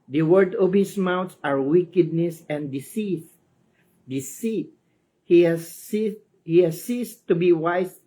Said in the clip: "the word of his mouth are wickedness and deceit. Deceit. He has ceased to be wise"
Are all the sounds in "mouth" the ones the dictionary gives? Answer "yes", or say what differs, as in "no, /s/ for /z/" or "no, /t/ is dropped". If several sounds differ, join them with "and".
no, /s/ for /θ/